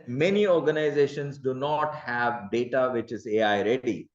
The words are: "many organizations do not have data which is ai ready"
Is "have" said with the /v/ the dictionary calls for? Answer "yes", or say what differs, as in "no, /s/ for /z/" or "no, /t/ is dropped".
yes